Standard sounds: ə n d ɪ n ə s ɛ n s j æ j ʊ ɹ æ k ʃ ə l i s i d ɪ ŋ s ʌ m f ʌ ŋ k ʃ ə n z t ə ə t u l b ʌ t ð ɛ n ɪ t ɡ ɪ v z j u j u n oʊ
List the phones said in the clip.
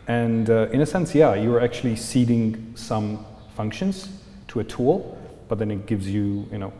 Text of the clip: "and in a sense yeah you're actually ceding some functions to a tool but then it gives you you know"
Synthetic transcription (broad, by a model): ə n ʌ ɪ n ə s ɛ n s j æ j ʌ ɹ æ k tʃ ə l i s i d ɪ ŋ s ʌ m f ʌ ŋ k ʃ ə n z t ə ə t u l b ʌ t ð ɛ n ɪ t ɡ ɪ v z j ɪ j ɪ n oʊ